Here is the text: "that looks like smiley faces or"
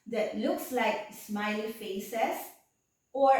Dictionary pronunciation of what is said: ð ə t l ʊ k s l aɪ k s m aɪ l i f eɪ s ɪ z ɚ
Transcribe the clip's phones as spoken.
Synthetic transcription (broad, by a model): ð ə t l ʊ k s l aɪ k s m aɪ l f eɪ s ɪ s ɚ